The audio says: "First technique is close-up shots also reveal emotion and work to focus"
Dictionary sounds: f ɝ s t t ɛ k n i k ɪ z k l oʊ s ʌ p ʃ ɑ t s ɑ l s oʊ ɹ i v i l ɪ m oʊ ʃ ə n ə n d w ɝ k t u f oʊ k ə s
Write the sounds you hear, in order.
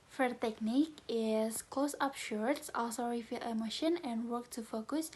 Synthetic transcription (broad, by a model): f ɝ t t ɛ k n i k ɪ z k l oʊ s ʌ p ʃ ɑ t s ɑ l s oʊ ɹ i f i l ɪ m oʊ ʃ ə n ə n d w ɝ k t u f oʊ k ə s